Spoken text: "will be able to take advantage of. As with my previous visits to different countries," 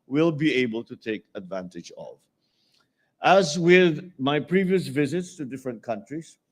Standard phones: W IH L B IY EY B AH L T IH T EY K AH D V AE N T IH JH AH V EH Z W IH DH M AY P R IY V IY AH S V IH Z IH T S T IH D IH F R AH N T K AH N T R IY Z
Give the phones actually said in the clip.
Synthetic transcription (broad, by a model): W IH L B IY EY B AH L T IH T EY K AH D V AE N T IH JH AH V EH Z W IH DH M AY P R IY V IY AH S V IH Z IH T S T IH D IH F R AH N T K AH N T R IY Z